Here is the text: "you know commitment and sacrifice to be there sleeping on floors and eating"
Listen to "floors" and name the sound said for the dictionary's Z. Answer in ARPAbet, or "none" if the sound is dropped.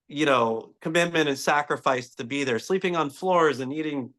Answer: Z